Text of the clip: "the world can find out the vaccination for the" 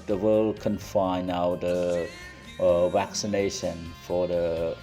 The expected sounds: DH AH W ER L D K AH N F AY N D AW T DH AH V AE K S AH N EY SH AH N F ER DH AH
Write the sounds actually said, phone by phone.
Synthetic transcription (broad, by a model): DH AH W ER L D K AH N F AY N AW T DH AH V AE K S AH N EY SH AH N F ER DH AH